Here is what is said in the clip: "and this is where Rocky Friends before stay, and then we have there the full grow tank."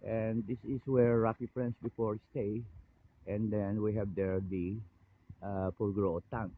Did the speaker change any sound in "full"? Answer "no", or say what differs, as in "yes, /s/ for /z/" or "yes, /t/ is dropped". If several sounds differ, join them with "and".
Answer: yes, /p/ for /f/